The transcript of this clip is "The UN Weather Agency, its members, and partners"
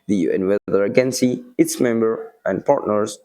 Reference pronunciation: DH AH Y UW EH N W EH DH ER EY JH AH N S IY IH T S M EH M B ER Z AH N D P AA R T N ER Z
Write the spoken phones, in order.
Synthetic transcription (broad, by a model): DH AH Y UW EH N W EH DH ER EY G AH N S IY IH T S M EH M B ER AH N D P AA R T N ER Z